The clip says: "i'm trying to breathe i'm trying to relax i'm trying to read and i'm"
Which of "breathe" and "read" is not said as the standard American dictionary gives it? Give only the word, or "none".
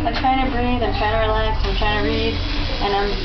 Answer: none